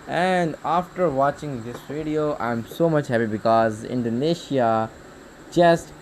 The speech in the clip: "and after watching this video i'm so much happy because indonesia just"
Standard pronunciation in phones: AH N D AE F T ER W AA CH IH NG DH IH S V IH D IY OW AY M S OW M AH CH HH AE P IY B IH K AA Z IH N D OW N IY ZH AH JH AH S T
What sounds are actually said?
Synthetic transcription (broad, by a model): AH N D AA F T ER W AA CH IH NG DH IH S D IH D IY OW AY M S OW M AH CH HH AE P IY B IH K AA Z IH N D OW N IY SH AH JH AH S T